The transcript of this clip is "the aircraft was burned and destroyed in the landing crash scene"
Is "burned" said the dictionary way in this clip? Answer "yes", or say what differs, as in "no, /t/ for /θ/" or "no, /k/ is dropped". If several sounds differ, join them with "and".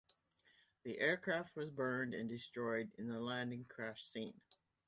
yes